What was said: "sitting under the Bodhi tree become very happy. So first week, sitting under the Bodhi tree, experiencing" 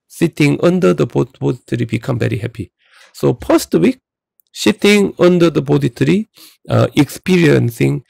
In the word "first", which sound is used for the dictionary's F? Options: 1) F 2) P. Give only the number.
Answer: 2